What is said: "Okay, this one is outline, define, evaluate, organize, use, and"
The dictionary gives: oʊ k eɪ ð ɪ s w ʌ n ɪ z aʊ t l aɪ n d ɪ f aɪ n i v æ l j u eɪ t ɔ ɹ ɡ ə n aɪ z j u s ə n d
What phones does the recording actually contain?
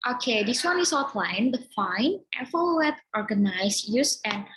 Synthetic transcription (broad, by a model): oʊ k eɪ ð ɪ s w ʌ n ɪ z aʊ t l aɪ n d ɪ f aɪ n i f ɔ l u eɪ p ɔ ɹ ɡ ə n aɪ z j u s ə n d